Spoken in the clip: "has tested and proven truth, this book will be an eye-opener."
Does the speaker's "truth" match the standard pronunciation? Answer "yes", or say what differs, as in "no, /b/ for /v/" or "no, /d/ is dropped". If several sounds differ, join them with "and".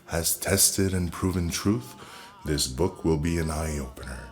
yes